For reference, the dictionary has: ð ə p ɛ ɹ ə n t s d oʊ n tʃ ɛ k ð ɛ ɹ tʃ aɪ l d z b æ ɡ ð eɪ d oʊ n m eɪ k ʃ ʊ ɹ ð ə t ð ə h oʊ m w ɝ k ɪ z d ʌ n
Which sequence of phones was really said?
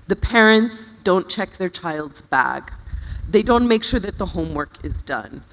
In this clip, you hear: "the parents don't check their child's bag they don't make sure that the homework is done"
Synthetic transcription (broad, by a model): ð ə p ɛ ɹ ə n t s d oʊ n tʃ ɛ k ð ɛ ɹ tʃ aɪ l d z b æ ɡ ð eɪ d oʊ n m eɪ k ʃ ʊ ɹ ð ə t ð ə h oʊ m w ɝ k ɪ z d ʌ n